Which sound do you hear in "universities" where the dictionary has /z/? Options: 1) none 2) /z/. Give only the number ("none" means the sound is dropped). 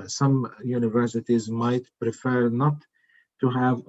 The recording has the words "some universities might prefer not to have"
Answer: 2